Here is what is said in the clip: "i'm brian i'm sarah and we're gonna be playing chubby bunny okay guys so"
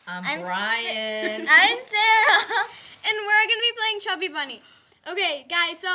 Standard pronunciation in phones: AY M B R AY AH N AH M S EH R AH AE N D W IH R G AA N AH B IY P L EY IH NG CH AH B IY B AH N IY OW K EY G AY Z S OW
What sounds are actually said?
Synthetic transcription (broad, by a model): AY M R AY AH AH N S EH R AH N W IH R G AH N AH B IY P L EY IH NG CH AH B IY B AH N IY OW K EY G AY Z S OW